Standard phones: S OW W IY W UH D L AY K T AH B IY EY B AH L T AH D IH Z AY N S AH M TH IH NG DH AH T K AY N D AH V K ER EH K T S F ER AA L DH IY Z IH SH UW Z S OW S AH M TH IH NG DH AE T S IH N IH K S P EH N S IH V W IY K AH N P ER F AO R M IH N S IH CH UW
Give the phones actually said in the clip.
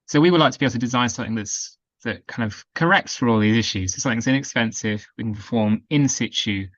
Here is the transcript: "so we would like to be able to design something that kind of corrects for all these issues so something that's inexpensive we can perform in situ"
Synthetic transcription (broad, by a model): S OW W IY W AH D L AY K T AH B IY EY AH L S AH D IH Z AY N S AH M TH IH NG DH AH T K AY N D AH V K ER EH K T S F ER AA L DH IY Z IH SH UW Z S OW S AH M TH IH NG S IH N IH K S P EH N S IH V W IY K AH N P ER F AO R M IH N S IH CH UW